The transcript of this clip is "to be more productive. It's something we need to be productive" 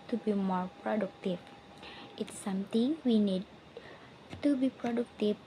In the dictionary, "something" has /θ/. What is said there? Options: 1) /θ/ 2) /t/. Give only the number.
2